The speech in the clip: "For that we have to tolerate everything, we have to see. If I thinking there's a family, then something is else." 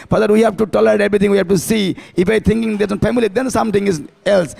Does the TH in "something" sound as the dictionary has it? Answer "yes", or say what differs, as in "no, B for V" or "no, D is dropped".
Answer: no, T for TH